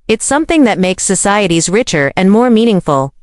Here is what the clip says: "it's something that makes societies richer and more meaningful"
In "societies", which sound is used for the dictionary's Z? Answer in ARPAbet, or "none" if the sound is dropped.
Z